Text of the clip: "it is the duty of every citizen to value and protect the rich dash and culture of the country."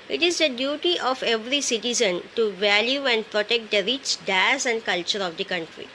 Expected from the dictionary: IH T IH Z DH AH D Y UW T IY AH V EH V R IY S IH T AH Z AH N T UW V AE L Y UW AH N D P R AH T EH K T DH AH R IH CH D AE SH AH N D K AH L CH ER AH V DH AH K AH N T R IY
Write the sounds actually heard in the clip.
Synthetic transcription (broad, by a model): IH T IH Z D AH D Y UW T IY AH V EH V R IY S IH T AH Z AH N T UW V AE L Y UW AH N D P R AH T EH K T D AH R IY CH D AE S AH N D K AH L CH ER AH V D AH K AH N T R IY